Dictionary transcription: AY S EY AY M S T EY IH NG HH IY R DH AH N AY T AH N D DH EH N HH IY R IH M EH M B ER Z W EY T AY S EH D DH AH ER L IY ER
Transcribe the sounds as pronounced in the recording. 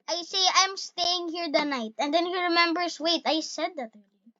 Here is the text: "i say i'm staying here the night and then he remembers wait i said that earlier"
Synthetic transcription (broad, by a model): AY S EY AY M S T EY IH NG HH IY R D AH N AY T AH N D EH N HH IY R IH M EH M B ER S W EY T AY S EH D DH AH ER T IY